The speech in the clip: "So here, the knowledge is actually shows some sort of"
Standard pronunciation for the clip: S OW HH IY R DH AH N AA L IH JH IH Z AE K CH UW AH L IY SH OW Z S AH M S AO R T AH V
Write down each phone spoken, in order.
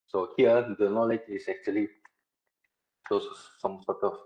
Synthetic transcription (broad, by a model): S OW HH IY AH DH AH N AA L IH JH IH S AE K CH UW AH L IY S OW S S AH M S AO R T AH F